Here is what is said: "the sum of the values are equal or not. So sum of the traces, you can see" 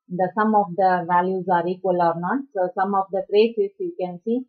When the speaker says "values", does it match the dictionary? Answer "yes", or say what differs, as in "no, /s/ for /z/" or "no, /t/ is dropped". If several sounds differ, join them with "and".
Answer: yes